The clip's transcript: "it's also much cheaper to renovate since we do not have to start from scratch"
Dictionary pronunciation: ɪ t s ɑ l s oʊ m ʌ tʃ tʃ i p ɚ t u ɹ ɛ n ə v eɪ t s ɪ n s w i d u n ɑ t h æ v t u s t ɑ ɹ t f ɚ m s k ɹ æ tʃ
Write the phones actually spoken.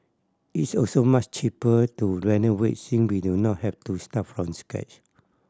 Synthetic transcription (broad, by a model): ɪ t s ɑ l s oʊ m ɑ tʃ tʃ i p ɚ t u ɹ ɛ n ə w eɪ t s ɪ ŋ w i d u n ɑ t h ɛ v t u s t ɑ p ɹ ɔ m s k ɛ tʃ